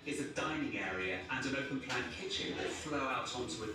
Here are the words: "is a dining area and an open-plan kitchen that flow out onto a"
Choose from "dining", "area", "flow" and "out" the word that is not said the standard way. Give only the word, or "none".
none